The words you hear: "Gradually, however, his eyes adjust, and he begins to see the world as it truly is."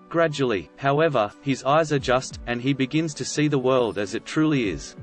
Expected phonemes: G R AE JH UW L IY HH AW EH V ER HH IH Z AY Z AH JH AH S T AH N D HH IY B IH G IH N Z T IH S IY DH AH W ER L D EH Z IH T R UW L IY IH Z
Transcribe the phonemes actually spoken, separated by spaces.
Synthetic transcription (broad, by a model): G R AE JH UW L IY HH AW EH V ER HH IH Z AY Z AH JH AH S T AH N IY B IH G IH N Z T IH S IY DH AH W ER L D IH Z IH T R UW L IY IH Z